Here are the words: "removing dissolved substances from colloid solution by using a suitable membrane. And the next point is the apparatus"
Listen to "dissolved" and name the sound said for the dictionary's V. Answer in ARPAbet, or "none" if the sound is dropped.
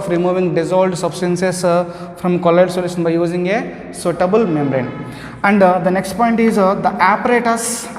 none